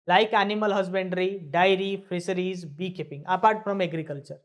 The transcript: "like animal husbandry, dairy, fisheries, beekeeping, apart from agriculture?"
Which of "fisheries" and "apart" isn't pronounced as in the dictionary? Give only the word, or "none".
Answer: fisheries